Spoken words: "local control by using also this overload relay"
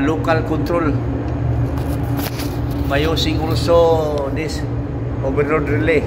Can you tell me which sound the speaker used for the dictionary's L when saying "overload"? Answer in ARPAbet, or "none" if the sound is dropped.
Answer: N